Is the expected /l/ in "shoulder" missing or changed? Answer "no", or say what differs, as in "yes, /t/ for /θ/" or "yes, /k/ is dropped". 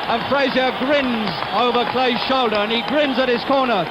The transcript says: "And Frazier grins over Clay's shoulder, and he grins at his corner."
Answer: no